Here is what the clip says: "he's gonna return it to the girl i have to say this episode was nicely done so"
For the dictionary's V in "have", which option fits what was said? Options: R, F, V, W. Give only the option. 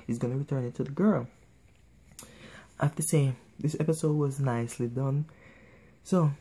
F